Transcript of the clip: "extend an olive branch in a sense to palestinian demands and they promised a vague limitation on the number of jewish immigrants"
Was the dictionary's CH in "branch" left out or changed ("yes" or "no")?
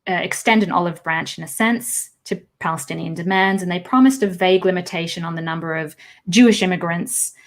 no